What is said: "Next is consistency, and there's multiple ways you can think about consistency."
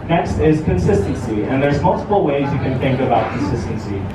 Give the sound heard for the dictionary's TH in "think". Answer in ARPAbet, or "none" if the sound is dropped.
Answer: TH